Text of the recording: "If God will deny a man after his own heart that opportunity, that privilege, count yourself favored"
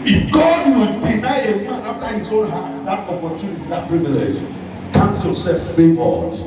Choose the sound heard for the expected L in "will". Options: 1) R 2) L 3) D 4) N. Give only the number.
4